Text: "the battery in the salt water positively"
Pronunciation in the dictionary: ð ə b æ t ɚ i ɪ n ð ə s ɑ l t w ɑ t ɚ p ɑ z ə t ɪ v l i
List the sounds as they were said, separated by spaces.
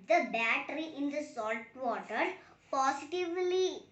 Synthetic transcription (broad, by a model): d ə b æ t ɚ i ɪ n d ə s ɑ l t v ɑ t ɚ p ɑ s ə t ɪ v l i